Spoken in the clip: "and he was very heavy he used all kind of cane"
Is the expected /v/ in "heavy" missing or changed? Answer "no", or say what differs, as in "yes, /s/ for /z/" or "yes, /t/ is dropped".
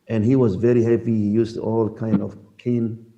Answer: yes, /p/ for /v/